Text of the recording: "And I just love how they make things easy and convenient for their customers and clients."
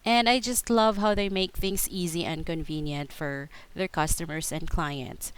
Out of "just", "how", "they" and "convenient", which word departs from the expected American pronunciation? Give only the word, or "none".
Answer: none